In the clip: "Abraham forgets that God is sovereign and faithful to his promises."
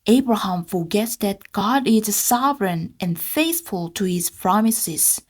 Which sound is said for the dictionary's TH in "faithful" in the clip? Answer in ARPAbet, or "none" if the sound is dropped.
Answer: TH